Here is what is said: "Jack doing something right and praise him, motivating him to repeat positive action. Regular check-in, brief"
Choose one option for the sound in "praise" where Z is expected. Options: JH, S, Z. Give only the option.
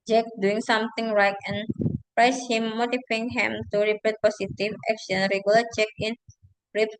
S